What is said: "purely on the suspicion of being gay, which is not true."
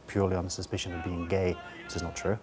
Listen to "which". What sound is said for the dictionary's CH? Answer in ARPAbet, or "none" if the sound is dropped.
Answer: S